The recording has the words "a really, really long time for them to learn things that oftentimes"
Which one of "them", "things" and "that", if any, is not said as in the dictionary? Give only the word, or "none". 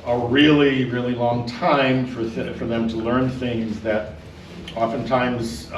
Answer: none